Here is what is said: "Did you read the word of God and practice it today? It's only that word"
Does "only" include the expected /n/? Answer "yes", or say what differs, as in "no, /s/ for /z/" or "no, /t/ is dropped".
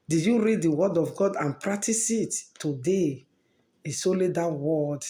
no, /n/ is dropped